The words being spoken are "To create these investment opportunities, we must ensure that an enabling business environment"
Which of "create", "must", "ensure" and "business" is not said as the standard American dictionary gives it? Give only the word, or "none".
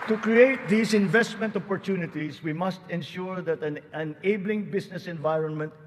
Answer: business